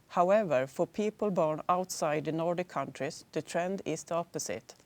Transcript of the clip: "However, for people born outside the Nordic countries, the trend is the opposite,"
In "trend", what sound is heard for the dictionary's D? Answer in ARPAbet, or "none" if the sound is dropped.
D